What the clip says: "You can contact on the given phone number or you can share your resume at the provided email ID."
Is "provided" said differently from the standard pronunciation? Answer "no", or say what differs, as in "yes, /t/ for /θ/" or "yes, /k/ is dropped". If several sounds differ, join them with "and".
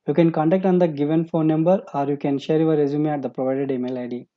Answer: no